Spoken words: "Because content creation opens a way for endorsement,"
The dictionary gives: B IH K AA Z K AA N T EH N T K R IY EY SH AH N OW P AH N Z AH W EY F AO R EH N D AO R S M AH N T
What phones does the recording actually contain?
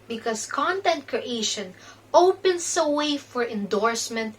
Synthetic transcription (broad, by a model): B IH K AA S K AA N T EH N T K R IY EY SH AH N OW P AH N S AH W EY F AO R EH N D AO R S M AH N T